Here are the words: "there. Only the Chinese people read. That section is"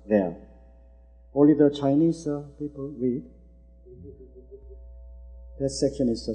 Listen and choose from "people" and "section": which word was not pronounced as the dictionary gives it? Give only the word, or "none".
section